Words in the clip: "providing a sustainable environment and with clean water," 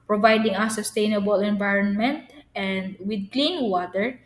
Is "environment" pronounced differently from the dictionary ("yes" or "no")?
no